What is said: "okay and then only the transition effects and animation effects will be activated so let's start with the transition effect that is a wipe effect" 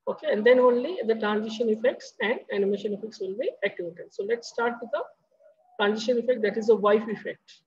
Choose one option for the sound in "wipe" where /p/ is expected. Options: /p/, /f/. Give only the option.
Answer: /f/